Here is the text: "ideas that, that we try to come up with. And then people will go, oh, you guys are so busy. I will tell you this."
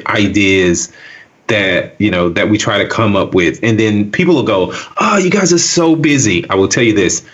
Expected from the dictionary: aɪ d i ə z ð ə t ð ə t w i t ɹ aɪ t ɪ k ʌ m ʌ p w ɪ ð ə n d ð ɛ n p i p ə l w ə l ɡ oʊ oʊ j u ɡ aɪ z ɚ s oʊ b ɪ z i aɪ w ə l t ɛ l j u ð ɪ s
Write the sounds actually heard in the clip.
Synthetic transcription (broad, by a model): aɪ d i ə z ð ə t ð ə t w i t ɹ aɪ t ɪ k ʌ m ʌ p w ɪ ð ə n ð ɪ n p i p l w ə l ɡ oʊ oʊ j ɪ ɡ aɪ z ɚ s oʊ b ɪ z i aɪ w ə l t ɛ l j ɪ ð ɪ s